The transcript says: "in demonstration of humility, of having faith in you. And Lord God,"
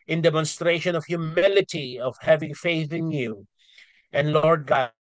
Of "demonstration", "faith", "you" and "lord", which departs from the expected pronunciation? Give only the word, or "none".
none